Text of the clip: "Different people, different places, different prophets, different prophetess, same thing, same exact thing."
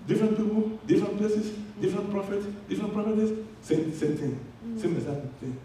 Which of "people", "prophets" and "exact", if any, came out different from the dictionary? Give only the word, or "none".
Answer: exact